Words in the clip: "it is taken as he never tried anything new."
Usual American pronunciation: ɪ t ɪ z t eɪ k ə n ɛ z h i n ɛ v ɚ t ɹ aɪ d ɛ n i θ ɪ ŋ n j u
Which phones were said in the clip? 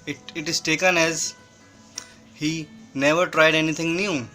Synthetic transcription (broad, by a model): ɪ t ɪ z t eɪ k ə n ɛ z h i n ɛ v ɚ t ɹ aɪ d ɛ n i t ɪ ŋ n j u